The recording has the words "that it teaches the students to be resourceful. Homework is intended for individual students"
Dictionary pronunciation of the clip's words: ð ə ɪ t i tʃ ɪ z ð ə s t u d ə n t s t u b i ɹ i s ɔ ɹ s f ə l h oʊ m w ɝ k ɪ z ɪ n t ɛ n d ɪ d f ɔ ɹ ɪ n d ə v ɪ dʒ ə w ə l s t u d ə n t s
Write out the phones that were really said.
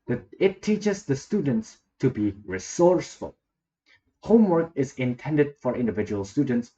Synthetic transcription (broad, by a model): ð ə ɪ t i tʃ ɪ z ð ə s t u d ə n t s t u b i ɹ i s ɔ ɹ s f ə l h oʊ m w ɝ k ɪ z ɪ n t ɛ n d ɪ d f ɔ ɹ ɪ n d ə v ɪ dʒ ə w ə l s t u d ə n t s